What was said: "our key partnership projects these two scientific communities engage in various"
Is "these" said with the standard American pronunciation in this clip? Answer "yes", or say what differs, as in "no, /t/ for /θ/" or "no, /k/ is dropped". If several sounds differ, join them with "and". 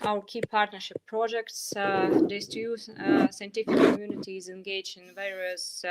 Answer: no, /s/ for /z/